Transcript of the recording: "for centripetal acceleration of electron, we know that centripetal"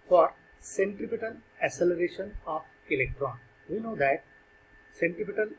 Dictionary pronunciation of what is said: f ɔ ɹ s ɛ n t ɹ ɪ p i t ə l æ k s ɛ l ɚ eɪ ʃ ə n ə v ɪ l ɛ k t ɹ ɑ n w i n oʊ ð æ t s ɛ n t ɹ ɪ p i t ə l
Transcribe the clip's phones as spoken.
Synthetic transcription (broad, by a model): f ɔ ɹ s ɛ n t ɪ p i t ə l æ s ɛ l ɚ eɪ ʃ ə n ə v ɪ l ɛ k t ɹ ɑ n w i n oʊ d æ t s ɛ n t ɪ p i t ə l